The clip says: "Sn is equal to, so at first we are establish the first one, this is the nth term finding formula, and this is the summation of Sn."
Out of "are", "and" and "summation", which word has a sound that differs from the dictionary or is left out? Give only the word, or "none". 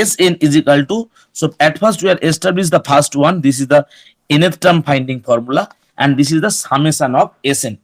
summation